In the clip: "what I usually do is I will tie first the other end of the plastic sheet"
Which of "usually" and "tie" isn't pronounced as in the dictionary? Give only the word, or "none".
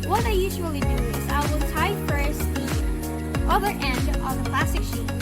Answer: none